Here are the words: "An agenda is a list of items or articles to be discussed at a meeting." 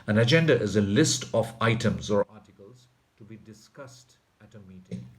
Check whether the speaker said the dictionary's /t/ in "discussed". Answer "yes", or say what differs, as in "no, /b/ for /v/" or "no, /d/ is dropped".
yes